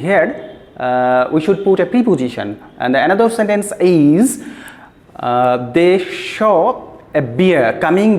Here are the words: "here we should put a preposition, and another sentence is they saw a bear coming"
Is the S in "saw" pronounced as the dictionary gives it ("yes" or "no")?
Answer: no